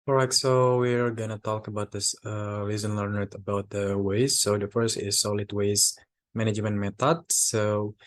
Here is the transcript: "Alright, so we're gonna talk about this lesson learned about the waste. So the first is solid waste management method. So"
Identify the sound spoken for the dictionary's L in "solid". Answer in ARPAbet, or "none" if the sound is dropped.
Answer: L